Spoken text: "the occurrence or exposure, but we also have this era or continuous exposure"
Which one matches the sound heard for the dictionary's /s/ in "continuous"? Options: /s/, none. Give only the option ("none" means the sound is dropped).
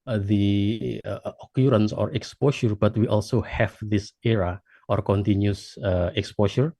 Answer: none